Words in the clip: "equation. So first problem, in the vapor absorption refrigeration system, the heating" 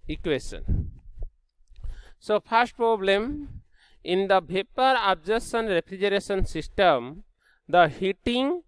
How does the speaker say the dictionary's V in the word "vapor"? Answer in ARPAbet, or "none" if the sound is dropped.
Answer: B